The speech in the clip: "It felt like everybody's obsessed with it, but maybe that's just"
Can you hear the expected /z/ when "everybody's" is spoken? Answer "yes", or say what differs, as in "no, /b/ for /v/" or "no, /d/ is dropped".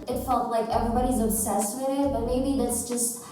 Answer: yes